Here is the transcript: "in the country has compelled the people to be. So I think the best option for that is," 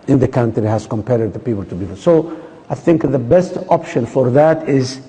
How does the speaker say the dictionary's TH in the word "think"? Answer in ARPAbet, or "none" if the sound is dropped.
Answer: TH